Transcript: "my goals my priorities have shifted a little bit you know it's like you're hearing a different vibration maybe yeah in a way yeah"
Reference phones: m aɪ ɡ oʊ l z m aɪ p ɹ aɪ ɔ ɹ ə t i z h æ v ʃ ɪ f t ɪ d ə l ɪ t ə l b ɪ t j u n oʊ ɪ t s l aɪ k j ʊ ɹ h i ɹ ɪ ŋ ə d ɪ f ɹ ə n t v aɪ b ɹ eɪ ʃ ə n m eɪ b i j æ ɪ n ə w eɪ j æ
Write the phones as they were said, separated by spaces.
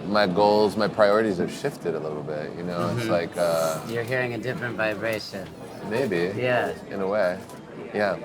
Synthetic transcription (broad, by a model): m aɪ ɡ oʊ l z m aɪ p ɹ aɪ ɔ ɹ ə t i z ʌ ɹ ʃ ɪ f t ɪ d ə l ɪ t l b ɪ t j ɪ n oʊ ɪ t s l aɪ k j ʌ ɹ h i ɹ ɪ ŋ ə d ɪ f ɹ ə n t v aɪ b ɹ eɪ ʃ ə n m eɪ b i j æ ɪ n ə w eɪ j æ